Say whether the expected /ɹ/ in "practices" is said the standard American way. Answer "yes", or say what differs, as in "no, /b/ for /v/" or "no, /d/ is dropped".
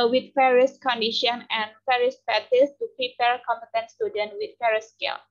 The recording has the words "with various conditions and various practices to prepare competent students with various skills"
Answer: no, /ɹ/ is dropped